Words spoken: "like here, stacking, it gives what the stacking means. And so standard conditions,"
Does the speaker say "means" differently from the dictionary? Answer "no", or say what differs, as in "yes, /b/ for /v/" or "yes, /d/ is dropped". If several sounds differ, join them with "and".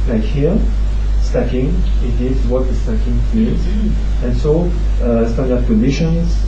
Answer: yes, /n/ is dropped